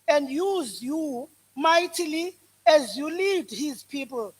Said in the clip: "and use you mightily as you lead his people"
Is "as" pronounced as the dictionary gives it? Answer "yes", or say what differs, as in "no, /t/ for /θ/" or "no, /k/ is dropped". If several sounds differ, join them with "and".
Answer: yes